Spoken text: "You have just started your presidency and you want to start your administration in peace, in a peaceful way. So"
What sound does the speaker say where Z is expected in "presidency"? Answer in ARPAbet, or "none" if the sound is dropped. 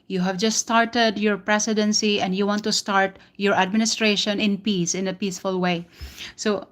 S